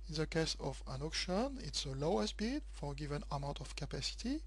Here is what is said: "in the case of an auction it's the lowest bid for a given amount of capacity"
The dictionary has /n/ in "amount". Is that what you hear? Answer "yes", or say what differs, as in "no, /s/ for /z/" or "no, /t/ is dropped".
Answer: no, /n/ is dropped